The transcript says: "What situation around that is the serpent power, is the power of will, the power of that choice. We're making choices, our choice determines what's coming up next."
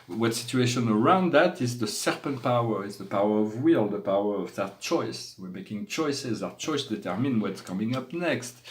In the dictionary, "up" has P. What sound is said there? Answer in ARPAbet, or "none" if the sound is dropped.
P